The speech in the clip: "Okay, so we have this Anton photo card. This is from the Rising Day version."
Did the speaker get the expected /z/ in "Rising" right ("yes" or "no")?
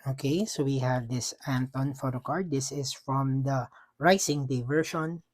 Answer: no